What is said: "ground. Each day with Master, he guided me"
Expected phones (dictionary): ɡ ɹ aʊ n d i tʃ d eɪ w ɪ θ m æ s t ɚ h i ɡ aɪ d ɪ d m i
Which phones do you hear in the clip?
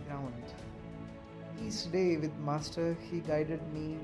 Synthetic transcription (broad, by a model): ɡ ɹ aʊ n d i s d eɪ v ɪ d m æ s t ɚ h i ɡ aɪ d ɪ d m i